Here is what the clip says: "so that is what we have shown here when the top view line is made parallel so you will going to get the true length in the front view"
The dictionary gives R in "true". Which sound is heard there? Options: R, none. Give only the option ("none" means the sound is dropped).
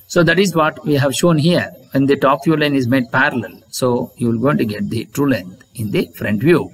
R